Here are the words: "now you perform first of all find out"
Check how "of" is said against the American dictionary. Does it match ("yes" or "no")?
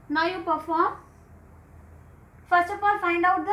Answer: no